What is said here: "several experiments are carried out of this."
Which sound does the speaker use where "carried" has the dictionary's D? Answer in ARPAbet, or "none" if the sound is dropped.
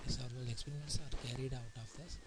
D